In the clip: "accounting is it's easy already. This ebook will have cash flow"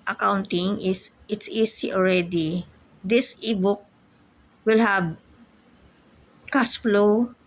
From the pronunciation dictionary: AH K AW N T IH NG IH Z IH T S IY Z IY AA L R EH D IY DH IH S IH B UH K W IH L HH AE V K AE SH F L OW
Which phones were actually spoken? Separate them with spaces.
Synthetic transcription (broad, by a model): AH K AW N T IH NG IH S IH T S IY S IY AA L R EH D IY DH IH S IH B UH K W IH L HH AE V K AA S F L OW